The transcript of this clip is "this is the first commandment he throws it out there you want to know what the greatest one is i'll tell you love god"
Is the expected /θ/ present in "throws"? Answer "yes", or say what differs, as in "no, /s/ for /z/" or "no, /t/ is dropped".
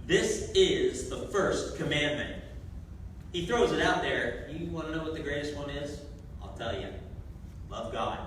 yes